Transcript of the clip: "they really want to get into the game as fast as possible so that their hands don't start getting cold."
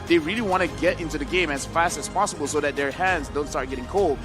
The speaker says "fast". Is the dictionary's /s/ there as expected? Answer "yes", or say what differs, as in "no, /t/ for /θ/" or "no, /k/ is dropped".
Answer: yes